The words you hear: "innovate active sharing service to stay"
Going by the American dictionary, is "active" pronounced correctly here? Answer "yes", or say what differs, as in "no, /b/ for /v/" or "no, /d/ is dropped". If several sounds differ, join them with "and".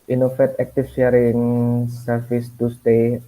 no, /f/ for /v/